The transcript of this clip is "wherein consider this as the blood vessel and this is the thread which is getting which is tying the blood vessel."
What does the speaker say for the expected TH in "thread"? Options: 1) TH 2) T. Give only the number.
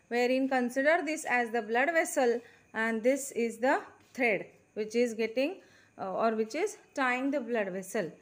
2